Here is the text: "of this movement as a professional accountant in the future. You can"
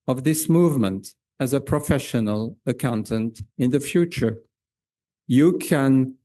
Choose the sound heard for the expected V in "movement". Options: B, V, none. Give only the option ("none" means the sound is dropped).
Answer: V